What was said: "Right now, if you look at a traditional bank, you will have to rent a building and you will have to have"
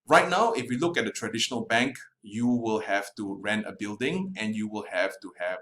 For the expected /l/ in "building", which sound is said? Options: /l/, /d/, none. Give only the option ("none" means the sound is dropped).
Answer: /l/